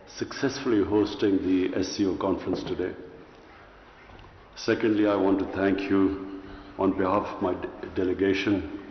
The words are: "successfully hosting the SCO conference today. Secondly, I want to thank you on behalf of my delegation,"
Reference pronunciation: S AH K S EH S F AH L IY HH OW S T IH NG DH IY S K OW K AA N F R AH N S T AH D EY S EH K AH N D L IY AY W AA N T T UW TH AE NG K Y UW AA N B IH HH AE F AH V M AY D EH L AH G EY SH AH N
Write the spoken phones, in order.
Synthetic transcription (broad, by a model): S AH K S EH S F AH L IY HH OW S T IH NG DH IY S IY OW K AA N F R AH N S T AH D EY S EH K AH N D L IY AY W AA N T T UW T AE NG K Y UW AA N B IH HH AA F AH V M AY D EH L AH G EY SH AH N